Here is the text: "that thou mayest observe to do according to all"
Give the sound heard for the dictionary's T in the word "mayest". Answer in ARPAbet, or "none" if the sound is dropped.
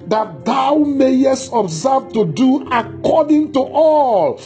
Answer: T